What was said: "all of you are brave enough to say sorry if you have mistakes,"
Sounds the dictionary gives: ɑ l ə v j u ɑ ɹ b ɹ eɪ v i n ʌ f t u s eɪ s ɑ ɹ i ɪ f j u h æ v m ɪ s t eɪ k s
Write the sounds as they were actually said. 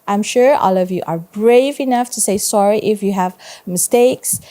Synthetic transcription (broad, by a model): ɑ l ə v j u ɑ ɹ b ɹ eɪ v i n ʌ f t u s eɪ s ɑ ɹ i ɪ f j u h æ v m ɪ s t eɪ k s